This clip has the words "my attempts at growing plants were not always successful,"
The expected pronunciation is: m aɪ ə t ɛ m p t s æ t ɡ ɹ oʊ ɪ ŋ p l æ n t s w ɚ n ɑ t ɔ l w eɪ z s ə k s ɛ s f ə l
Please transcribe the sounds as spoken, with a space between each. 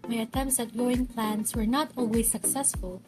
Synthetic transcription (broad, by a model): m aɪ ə t ɛ m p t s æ t ɡ oʊ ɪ ŋ p l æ n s w ɚ n ɑ t ɔ l w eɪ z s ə k s ɛ s f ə l